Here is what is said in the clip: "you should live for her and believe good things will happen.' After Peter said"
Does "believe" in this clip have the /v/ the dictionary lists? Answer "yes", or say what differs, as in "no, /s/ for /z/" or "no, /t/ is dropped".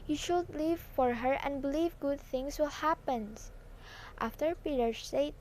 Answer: yes